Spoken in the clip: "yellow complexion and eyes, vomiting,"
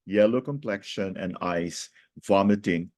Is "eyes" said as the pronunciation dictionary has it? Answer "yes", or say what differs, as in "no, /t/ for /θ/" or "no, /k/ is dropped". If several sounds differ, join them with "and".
no, /s/ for /z/